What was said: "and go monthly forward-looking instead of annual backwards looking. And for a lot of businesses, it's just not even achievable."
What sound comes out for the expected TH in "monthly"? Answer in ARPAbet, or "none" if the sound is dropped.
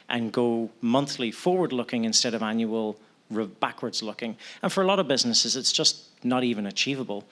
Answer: TH